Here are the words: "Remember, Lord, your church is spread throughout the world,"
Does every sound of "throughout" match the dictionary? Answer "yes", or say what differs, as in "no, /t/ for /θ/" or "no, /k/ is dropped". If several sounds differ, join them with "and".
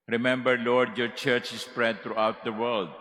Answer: no, /t/ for /θ/